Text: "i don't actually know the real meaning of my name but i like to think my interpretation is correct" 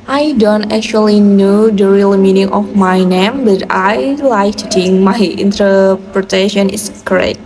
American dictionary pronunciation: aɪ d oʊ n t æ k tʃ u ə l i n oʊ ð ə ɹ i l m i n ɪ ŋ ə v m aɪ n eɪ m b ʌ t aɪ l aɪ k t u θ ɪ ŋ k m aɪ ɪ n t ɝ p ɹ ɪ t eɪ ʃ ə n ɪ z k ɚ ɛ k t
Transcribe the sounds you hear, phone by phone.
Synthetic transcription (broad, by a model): aɪ d oʊ n t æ k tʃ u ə l i n oʊ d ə ɹ i l m i n ɪ ŋ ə f m aɪ n eɪ m b ʌ t aɪ l aɪ k t u t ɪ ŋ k m aɪ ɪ n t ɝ p ɹ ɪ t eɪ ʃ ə n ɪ s k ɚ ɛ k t